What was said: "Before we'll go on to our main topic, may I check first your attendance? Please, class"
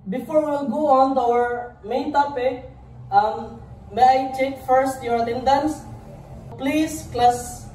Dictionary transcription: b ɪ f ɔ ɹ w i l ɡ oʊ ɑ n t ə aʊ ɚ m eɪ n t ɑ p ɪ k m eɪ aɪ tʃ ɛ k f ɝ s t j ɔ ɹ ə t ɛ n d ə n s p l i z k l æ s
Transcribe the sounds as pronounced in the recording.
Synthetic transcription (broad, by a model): b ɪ f ɔ ɹ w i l ɡ oʊ ɑ n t aʊ ɚ m eɪ n t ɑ p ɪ k m eɪ aɪ tʃ ɛ k f ɝ s t j ɔ ɹ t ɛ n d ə n s p l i s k l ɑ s